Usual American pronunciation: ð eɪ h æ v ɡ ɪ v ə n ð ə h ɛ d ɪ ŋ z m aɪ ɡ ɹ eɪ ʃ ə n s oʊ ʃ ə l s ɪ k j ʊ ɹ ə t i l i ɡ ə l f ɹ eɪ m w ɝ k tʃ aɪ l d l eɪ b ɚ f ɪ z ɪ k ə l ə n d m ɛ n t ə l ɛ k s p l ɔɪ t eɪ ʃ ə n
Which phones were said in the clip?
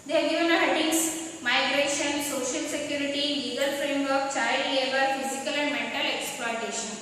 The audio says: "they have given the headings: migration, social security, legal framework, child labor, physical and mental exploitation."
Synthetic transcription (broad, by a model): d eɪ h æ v ɡ ɪ v ə n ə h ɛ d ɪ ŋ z m aɪ ɡ ɹ eɪ ʃ ə n s oʊ ʃ ə l s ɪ k j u ɹ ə t i l i ɡ ə l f ɹ eɪ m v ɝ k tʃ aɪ d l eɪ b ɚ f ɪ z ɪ k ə l ə n d m ɛ n t ə l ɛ k s p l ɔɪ t eɪ ʃ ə n